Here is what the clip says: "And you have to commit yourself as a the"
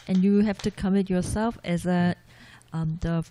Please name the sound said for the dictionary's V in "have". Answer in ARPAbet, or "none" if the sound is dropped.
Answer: F